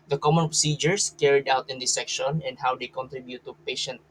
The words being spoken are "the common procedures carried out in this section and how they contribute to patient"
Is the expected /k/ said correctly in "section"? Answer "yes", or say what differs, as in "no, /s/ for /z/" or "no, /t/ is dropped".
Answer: yes